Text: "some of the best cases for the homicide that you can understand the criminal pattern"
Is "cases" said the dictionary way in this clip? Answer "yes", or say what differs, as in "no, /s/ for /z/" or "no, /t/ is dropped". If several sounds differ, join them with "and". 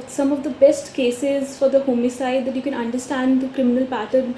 yes